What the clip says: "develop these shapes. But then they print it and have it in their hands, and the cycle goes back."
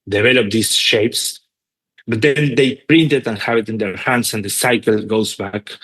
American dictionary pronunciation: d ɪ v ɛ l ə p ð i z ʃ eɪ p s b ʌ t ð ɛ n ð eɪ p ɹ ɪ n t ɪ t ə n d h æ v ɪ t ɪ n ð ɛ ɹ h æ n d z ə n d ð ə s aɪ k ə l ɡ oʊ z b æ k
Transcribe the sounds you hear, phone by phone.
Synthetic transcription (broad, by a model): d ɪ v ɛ l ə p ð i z ʃ eɪ p s b ʌ t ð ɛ n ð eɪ p ɹ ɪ n t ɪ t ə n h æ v ɪ t ɪ n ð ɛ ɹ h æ n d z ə n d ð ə s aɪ k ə l ɡ oʊ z b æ k